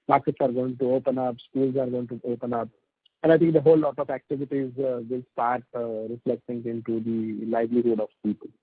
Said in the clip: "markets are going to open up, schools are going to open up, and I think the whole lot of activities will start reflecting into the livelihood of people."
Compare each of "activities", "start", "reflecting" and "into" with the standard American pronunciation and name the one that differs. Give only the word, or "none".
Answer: none